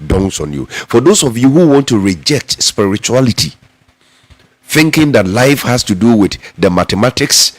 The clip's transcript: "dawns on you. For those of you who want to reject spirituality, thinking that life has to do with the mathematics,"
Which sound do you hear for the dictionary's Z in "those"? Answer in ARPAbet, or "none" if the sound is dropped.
S